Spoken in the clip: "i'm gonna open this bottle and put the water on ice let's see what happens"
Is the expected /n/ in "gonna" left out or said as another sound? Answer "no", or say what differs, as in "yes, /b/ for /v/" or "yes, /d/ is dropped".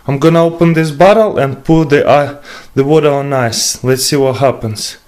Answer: no